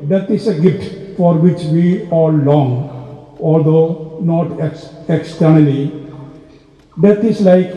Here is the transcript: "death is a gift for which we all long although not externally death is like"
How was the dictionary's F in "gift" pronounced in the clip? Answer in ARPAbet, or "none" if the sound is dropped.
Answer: none